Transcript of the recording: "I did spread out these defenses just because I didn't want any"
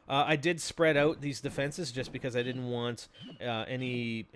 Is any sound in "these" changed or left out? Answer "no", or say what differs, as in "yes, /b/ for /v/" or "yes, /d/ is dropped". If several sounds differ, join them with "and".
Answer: no